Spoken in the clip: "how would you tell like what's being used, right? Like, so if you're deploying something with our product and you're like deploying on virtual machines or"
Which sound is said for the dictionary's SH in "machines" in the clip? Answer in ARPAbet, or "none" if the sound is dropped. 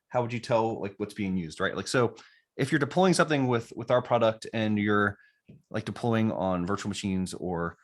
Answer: SH